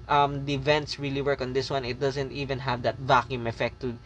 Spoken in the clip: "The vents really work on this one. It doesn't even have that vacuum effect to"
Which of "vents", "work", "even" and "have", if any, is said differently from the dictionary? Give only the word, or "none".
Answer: none